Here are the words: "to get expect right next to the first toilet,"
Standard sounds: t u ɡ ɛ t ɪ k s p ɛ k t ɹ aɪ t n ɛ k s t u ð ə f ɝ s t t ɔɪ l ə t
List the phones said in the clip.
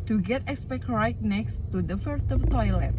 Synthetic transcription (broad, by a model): t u ɡ ɛ t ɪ k s p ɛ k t ɹ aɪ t n ɛ k s t u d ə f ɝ t t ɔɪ l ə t